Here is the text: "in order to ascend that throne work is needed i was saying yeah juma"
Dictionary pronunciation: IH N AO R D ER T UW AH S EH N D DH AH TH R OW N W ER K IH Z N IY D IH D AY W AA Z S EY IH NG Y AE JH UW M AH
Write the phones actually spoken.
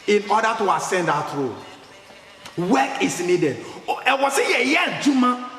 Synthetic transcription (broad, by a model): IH N AO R D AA T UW AH S EH N D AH T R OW W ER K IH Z N IY D IH D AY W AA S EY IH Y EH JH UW M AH